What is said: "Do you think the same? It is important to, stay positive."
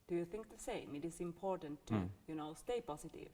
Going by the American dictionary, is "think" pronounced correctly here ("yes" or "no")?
yes